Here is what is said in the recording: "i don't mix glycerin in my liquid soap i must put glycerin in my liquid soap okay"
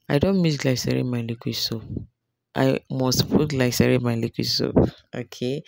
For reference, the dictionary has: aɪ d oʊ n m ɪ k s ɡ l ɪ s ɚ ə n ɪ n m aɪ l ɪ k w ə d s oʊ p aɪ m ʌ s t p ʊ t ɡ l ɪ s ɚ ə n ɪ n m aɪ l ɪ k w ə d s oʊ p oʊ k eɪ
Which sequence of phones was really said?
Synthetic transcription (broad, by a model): aɪ d oʊ n m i s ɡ l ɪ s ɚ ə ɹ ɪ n m aɪ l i k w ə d s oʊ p aɪ m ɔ s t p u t l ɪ s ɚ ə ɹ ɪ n m aɪ l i k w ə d s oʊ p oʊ k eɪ